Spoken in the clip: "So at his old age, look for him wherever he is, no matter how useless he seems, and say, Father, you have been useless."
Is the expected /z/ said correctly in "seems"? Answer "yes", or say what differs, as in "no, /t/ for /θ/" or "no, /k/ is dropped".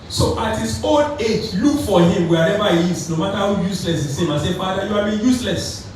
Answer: no, /z/ is dropped